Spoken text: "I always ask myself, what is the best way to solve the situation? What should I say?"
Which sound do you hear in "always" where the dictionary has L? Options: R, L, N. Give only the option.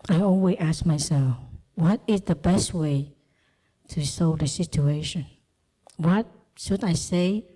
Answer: N